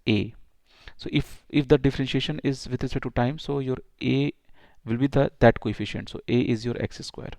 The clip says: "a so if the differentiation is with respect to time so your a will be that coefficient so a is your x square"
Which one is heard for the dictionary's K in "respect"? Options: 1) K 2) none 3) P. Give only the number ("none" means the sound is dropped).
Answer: 2